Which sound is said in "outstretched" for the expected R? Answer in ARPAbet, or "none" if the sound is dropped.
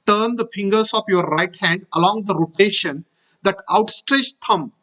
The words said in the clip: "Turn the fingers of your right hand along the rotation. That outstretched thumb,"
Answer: R